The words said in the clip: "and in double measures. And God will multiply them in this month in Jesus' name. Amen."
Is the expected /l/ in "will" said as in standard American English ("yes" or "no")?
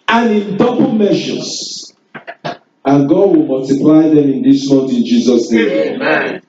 yes